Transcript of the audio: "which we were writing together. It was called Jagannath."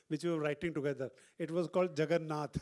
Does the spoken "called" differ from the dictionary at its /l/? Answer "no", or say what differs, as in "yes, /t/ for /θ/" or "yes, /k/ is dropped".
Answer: no